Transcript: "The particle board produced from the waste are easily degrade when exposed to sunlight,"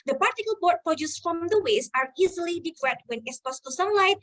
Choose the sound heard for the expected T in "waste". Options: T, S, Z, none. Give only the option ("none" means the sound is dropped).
none